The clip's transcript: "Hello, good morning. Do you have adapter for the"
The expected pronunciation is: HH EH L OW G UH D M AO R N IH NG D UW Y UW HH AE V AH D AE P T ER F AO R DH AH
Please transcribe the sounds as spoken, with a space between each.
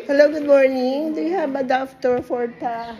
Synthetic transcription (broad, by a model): HH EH L OW G UH D M AO R N IH NG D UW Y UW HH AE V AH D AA F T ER F AO R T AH